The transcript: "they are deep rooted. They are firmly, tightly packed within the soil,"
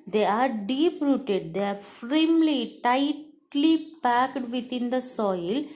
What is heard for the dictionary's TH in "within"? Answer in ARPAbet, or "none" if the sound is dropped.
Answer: T